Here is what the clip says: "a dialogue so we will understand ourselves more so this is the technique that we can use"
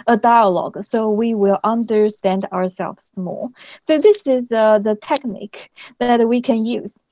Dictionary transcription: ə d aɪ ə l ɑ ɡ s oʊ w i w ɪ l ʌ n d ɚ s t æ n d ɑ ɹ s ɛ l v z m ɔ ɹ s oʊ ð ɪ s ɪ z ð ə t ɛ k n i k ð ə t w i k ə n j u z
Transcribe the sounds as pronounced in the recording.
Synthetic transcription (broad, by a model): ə d aɪ ə l ɑ ɡ s oʊ w i w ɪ l ʌ n d ɚ s t æ n d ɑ ɹ s ɛ l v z m ɔ l s oʊ ð ɪ s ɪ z ð ə t ɛ k n i k ð ə t w i k ə n j u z